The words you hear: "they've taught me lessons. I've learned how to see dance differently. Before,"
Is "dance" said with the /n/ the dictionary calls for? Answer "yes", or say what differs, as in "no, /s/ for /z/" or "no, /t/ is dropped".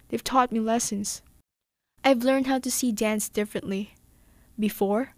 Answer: yes